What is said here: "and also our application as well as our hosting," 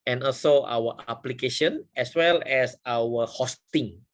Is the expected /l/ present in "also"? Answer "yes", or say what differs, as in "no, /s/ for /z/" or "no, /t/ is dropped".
yes